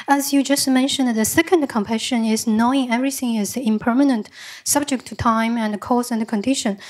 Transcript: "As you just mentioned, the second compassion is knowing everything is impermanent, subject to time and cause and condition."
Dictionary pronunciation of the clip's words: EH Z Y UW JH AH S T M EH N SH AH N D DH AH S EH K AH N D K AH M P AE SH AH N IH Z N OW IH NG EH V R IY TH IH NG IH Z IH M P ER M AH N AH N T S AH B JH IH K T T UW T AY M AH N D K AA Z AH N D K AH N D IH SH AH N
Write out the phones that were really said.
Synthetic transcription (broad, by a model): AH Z Y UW JH AH S T M EH N SH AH N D DH AH S EH K AH N D K AH M P AE SH AH N IH Z N OW IH NG EH V R IY TH IH NG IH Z IH M P ER M AH N AH N T S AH B JH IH K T T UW T AY M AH N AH K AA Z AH N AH K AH N D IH SH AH N